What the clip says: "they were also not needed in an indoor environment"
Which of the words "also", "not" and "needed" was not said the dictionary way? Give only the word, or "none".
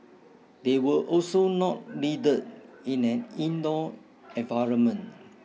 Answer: needed